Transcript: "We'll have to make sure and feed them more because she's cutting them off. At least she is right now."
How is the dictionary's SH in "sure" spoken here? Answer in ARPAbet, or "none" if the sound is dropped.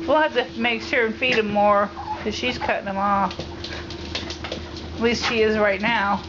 S